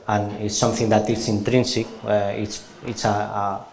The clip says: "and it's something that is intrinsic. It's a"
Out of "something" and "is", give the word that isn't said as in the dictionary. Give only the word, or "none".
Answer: is